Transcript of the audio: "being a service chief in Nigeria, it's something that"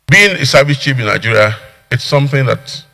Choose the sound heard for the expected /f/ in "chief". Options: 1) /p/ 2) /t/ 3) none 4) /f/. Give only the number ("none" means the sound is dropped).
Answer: 1